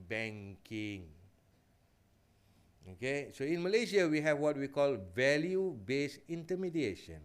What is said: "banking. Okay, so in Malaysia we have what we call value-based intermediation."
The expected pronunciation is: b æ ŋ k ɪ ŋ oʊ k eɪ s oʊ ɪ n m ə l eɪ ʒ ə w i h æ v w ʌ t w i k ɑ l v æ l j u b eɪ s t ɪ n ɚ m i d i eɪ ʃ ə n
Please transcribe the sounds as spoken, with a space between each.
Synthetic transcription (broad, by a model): b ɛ ŋ k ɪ ŋ oʊ k eɪ s oʊ ɪ n m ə l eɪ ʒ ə w i h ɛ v w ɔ t w i k ɑ l v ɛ l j u b eɪ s ɪ n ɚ m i d i eɪ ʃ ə n